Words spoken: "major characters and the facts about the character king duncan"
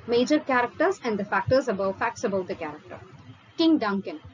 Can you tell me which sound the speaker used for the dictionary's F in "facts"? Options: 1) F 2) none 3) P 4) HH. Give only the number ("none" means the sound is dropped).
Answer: 1